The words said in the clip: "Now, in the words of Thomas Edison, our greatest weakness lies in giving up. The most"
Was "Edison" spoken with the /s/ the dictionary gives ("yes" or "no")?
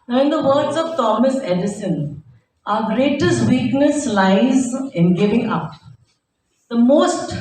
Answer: yes